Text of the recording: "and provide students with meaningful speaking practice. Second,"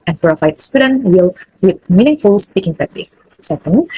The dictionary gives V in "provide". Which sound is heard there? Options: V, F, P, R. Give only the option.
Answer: F